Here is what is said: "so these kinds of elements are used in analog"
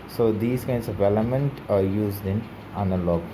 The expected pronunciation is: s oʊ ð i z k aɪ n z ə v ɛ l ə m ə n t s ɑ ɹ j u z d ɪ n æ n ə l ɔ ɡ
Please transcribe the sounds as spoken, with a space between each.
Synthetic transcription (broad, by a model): s oʊ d i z k aɪ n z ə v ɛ l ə m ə n t ɑ ɹ j u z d ɪ n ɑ n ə l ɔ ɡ